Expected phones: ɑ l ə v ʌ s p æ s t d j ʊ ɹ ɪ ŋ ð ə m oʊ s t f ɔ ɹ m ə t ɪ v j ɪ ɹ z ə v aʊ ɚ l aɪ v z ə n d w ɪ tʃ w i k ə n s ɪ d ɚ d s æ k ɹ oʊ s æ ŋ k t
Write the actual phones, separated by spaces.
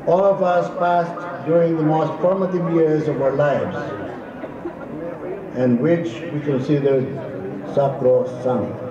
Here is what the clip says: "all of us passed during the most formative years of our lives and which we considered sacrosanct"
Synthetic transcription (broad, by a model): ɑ l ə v ʌ s p æ s t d j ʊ ɹ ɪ ŋ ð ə m oʊ s t f ɔ ɹ m ə t ɪ v j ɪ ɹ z ə v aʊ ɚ l aɪ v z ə n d w ɪ tʃ w i k ə n s ɪ d ɚ d s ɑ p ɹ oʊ s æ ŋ